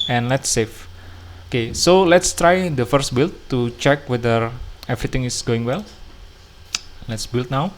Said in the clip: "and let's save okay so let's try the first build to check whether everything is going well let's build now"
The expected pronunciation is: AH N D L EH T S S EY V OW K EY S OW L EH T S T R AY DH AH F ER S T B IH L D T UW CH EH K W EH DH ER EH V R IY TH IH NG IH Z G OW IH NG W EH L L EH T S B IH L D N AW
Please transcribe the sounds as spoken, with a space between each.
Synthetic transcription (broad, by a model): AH N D L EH T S S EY F OW K EY S OW L EH T S T R AY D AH F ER S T B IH L T UW CH EH K W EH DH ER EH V R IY T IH NG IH S G OW IH NG W EH L L EH T S B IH L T N AW